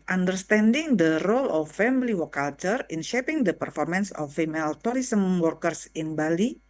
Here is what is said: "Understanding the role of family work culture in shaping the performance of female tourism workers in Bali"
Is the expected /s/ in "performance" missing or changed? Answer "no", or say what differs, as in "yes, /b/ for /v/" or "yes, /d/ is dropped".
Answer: no